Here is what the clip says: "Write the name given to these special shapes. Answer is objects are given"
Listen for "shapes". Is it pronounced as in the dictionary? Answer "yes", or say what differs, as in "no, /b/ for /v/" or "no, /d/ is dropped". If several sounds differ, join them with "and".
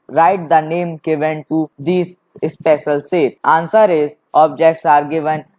no, /s/ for /ʃ/